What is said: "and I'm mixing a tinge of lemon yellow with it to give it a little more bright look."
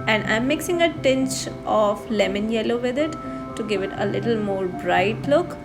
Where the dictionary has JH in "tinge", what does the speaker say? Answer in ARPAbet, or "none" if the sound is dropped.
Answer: CH